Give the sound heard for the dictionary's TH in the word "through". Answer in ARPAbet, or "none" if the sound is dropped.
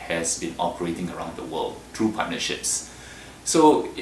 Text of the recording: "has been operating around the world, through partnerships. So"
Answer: T